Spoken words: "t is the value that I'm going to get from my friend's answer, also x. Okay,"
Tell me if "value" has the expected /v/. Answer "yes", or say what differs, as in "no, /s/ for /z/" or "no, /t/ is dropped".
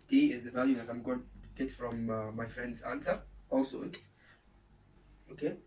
yes